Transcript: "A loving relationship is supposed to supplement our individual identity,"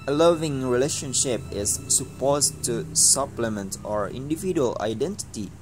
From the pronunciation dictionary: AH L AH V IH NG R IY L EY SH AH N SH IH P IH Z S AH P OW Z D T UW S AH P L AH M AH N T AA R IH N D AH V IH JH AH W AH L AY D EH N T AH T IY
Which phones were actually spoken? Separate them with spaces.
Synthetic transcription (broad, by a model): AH L AH V IH NG R IY L EY SH AH N SH IH P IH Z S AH P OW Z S T UW S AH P L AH M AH N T AA R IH N D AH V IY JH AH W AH L AY D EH N T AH T IY